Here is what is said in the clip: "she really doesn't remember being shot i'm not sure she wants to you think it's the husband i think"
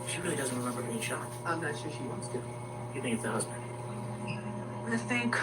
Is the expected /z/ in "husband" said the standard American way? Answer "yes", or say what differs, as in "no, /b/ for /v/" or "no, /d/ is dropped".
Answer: yes